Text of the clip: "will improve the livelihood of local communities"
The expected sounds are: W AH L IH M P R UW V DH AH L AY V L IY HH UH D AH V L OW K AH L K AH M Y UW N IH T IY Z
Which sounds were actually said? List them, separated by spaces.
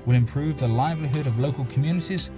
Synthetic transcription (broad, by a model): W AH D IH M P R UW V DH AH L AY V L IY HH UH D AH V L OW K AH L K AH M Y UW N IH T IY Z